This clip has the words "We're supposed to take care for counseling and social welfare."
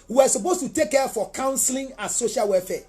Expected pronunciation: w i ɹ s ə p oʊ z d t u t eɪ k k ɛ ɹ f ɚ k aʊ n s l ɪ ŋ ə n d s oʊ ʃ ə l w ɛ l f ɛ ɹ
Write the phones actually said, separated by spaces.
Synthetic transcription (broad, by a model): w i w s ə p oʊ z t u t eɪ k k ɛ f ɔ k aʊ n s l ɪ ŋ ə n s oʊ ʃ ə l w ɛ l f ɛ